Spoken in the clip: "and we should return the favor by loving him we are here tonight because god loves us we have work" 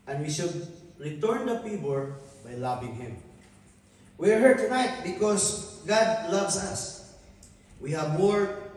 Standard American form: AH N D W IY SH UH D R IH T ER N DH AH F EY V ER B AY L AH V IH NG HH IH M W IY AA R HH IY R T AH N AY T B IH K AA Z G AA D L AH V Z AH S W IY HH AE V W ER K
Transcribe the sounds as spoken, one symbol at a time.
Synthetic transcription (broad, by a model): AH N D W IY SH UH D R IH T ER N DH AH P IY P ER B AY L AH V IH NG HH IH M W IY AA R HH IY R T AH N AY T B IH K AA S G AA D L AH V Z AH S W IY HH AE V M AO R